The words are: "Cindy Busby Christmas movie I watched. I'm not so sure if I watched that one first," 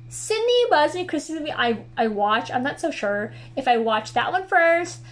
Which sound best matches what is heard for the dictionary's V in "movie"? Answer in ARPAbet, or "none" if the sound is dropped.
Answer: none